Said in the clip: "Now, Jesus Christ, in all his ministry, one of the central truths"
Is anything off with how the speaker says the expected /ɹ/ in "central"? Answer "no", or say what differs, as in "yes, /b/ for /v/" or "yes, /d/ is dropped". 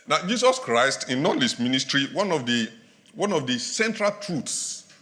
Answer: no